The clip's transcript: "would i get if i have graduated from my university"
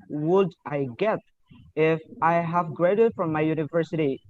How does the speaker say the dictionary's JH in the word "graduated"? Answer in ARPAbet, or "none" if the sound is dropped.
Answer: none